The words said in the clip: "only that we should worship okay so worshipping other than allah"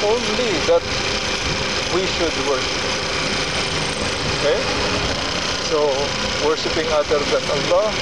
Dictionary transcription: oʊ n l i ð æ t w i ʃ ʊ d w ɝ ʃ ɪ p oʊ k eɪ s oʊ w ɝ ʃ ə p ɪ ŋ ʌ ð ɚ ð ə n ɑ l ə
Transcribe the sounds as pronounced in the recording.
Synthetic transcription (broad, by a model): oʊ n l i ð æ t w i ʃ ʊ d w ɝ ʃ ɪ p oʊ k eɪ s oʊ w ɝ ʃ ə p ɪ ŋ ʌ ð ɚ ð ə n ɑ l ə